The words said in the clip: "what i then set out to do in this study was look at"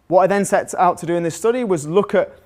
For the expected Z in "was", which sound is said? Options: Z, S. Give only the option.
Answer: Z